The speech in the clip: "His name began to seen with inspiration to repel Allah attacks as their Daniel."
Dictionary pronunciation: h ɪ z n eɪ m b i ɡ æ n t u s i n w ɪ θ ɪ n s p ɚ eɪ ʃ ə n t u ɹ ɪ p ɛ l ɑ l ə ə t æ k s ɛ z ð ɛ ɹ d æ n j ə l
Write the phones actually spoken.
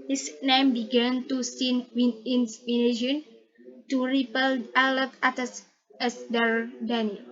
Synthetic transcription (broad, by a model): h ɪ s n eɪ m b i ɡ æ n t u s i n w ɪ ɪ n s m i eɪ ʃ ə n t u ɹ ɪ p ɛ l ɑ l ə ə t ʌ s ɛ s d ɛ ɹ d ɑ n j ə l